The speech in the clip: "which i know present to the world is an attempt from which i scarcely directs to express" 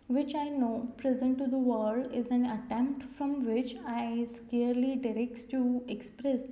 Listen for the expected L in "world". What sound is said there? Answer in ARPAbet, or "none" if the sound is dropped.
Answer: none